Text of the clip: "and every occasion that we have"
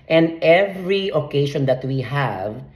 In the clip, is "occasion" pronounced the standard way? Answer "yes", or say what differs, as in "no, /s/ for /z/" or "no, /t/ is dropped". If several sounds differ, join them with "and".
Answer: no, /ʃ/ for /ʒ/